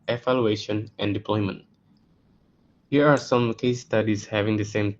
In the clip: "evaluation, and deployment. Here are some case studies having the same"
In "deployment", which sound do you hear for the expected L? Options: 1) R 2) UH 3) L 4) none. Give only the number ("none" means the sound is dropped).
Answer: 3